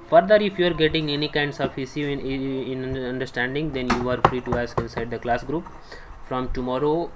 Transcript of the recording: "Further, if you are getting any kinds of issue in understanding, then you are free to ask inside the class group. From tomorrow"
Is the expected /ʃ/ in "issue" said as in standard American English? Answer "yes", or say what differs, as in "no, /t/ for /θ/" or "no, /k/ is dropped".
no, /s/ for /ʃ/